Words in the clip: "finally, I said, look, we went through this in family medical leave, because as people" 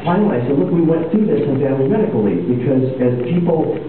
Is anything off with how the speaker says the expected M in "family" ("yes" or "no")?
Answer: yes